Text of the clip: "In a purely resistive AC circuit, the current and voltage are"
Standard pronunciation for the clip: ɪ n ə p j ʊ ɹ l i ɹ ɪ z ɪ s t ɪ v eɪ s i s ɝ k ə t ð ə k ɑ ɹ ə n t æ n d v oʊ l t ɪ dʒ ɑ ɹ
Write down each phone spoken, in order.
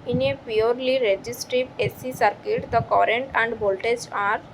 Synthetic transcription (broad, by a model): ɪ n ə p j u ɹ l i ɹ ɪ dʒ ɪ s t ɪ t eɪ s i s ɝ k ə t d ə k ɑ ɹ ə n t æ n d b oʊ l t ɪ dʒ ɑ ɹ